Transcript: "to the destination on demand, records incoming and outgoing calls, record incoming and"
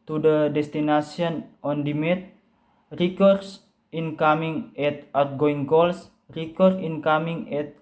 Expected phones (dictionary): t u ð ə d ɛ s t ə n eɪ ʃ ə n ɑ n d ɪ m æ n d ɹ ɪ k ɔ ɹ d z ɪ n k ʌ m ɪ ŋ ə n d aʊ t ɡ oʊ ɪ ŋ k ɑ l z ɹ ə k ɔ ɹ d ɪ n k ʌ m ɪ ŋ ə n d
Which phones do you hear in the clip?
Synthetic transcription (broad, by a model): t u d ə d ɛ s t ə n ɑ s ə n ɑ n d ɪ m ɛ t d ɹ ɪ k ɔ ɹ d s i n k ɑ m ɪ ŋ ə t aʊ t ɡ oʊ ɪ ŋ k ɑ l s ɹ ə k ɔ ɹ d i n k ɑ m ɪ ŋ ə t